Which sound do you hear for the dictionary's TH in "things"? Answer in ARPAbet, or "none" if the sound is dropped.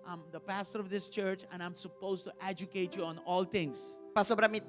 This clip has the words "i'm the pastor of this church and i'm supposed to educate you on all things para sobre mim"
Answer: T